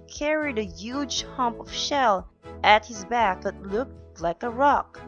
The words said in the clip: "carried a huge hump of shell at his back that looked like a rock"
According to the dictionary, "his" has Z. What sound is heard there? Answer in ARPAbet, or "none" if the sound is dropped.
Z